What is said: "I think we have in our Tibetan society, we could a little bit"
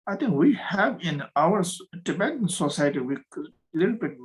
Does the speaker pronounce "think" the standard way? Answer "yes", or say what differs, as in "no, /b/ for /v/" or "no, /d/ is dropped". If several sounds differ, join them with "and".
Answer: no, /t/ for /θ/